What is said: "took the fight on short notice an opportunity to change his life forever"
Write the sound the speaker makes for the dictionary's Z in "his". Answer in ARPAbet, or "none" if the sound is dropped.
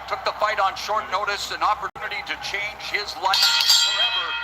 Z